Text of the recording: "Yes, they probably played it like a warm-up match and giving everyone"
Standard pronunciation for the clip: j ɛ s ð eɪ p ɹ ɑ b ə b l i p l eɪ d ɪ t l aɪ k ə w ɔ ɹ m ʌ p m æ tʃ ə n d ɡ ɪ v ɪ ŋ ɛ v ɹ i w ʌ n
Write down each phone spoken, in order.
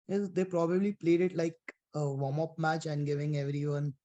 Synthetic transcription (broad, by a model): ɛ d eɪ p ɹ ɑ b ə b l i p l eɪ d ɪ t l aɪ k ə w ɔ m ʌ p m æ tʃ ə n d ɡ ɪ v ɪ ŋ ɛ v ɹ i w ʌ n